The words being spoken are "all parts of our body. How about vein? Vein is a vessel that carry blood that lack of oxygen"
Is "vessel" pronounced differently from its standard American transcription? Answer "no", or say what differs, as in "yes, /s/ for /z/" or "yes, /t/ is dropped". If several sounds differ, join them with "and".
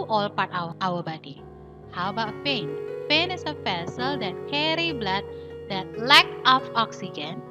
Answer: yes, /f/ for /v/